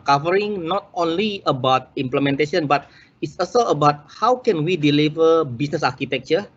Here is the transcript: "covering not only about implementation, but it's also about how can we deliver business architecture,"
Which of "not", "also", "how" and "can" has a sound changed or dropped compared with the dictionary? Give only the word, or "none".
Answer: also